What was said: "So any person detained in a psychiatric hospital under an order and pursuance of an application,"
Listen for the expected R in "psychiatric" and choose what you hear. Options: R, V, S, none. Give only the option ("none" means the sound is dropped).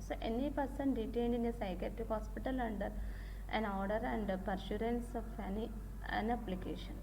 none